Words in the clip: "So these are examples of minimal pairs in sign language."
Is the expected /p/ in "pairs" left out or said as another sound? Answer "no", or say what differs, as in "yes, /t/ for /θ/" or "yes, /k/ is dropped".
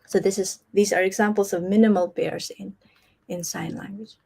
yes, /b/ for /p/